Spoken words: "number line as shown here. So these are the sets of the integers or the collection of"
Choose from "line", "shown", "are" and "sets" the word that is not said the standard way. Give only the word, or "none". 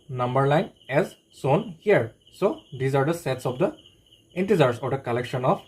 shown